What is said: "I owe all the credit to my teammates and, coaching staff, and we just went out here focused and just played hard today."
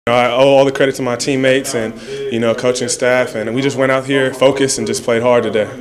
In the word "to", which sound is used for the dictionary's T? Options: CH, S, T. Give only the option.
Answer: S